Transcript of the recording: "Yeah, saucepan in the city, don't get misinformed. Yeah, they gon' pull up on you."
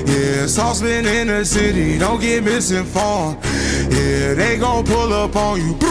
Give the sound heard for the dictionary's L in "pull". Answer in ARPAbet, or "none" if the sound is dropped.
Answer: L